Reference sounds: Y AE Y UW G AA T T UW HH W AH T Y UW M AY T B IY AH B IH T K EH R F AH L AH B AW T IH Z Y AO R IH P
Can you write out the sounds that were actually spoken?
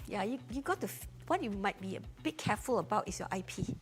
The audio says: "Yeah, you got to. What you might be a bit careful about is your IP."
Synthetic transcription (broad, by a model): Y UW Y UW G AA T T UW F W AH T Y UW M AY T B IY AH B IH T K EH F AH L AH B AW T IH S Y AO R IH P